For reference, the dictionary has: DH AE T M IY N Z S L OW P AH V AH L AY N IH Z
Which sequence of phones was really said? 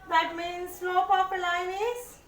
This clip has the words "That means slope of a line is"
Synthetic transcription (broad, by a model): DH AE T M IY N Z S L OW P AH P AH L AY N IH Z